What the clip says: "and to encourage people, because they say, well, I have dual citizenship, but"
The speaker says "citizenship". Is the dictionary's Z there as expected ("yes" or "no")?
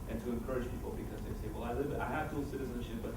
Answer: yes